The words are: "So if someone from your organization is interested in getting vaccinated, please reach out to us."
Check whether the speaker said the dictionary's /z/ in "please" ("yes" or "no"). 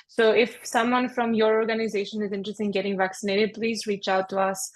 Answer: yes